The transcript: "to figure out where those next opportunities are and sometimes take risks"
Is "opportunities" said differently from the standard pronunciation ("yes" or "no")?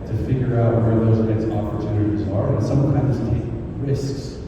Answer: no